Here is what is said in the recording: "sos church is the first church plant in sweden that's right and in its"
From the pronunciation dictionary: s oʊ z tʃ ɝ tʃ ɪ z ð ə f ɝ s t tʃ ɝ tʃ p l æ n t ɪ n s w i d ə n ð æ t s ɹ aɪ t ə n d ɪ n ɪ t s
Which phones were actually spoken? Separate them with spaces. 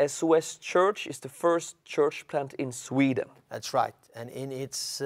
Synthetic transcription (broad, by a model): s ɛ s tʃ ɝ tʃ ɪ z ð ə f ɝ s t tʃ ɝ tʃ p l æ n t ɪ n s w i d ə n ð æ t s ɹ aɪ t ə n ɪ n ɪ t s